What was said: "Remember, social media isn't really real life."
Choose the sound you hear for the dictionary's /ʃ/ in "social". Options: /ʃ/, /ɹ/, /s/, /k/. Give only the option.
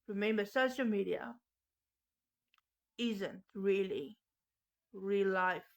/ʃ/